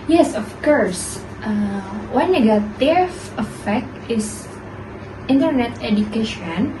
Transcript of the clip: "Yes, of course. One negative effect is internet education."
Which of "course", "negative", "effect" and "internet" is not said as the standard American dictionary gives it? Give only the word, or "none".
negative